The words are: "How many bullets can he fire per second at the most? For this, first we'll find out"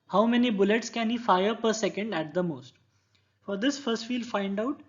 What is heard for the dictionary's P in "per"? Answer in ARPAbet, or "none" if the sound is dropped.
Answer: P